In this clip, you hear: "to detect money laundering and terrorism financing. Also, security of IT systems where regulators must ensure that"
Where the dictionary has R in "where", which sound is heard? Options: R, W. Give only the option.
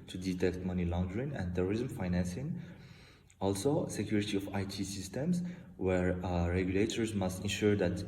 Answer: R